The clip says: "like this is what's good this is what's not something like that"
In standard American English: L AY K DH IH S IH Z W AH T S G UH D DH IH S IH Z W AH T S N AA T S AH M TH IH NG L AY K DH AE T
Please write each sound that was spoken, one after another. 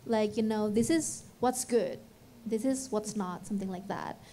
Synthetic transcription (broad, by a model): L AY K DH IH S IH Z W AH T S G UH D DH IH S IH Z W AH T S N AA T S AH M TH IH NG L AY K DH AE T